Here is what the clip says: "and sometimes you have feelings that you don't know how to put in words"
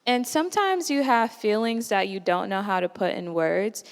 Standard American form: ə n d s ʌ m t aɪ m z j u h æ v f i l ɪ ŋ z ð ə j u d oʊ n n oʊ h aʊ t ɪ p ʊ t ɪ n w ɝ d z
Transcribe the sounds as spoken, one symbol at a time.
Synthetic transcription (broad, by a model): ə n s ʌ m t aɪ m z j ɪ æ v f i l ɪ ŋ z ð ə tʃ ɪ d oʊ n n oʊ h aʊ t ɪ p ʊ t ɪ n w ɝ d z